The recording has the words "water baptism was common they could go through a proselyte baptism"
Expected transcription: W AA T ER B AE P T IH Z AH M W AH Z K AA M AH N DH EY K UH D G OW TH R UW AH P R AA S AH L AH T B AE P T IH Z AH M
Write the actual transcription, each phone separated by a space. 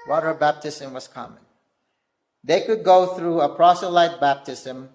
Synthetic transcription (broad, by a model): W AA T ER B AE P T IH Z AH M W AH Z K AA M AH N DH EY K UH D G OW TH R UW AH P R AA S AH L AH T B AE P T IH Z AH M